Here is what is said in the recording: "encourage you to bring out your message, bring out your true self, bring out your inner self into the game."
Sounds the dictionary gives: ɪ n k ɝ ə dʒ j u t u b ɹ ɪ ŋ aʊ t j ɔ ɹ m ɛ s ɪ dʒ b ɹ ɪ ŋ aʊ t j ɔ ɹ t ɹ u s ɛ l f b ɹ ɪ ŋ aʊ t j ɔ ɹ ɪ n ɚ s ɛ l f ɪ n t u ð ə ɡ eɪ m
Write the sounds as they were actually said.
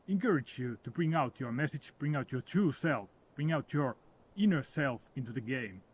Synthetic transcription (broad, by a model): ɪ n k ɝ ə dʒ j u t u b ɹ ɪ ŋ aʊ t j ɔ ɹ m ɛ s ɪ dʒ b ɹ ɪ ŋ aʊ t j ɔ ɹ t ɹ u s ɛ l f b ɹ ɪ ŋ aʊ t j ɔ ɹ ɪ n ɚ s ɛ l f ɪ n t u ð ə ɡ eɪ m